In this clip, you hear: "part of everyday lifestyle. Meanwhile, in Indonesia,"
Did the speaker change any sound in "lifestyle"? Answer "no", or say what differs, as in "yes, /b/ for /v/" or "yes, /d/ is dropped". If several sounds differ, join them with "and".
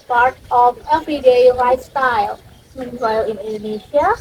yes, /f/ is dropped